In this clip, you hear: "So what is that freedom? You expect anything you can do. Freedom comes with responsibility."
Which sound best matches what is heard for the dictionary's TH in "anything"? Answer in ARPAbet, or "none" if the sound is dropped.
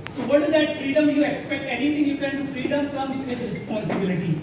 T